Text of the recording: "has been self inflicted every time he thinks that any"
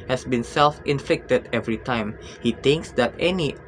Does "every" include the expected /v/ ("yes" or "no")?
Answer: yes